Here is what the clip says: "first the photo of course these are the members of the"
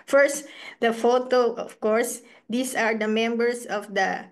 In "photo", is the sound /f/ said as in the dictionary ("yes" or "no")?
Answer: yes